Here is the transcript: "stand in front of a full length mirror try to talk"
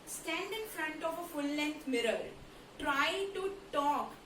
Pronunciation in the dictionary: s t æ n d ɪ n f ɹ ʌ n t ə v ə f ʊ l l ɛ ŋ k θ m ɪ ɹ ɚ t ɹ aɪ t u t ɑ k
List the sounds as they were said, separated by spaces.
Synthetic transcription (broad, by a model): s t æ n d ɪ n f ɹ ʌ n t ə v ə f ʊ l l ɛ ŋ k t m ɪ ɹ ɚ t ɹ aɪ t u t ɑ k